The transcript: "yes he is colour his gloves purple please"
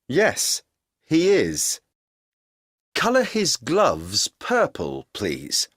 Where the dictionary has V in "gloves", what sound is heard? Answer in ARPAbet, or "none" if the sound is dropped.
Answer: V